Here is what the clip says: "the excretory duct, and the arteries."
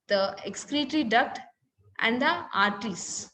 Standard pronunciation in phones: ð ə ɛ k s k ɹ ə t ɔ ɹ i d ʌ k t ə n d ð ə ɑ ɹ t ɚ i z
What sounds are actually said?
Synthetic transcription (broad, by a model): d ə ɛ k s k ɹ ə t ɹ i d ʌ k t ə n d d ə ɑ ɹ t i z